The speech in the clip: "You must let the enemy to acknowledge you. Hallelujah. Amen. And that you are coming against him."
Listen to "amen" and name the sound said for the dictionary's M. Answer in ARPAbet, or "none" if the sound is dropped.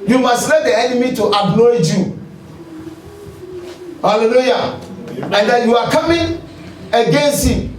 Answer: none